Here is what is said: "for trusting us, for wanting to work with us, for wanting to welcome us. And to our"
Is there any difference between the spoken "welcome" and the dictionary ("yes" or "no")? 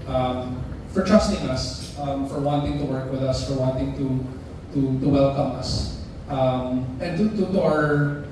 no